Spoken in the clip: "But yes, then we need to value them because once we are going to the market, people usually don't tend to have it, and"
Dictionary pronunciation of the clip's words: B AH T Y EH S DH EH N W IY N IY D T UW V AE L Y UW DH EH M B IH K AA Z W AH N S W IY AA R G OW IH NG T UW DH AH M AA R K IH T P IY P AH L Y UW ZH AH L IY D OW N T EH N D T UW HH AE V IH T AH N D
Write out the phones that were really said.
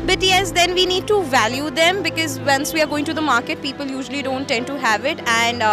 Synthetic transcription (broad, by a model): B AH T Y EH S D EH N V IY N IY D T UW V AE L Y UW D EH M B IH K AA Z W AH N S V IY AA R G OW IH NG T UW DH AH M AA R K IH T P IY P AH L Y UW ZH AH L IY D OW N T EH N D T UW HH AE V IH T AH N D